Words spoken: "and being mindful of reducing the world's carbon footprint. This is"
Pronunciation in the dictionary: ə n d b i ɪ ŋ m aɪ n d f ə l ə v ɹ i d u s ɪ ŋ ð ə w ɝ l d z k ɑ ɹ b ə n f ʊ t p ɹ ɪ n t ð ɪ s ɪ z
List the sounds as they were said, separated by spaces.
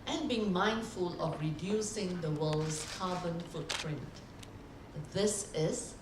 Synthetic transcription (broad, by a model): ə n b i ɪ ŋ m aɪ n d f ə l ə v ɹ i d u s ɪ ŋ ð ə w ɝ l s k ɑ b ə n f ʊ t p ɹ ɪ n t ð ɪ s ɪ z